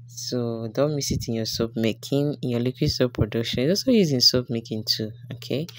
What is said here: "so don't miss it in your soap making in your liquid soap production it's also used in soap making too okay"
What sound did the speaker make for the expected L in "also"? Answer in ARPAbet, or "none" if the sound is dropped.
none